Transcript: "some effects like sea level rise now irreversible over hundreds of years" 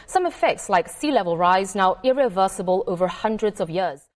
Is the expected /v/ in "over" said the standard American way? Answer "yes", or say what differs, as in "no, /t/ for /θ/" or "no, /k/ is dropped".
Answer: yes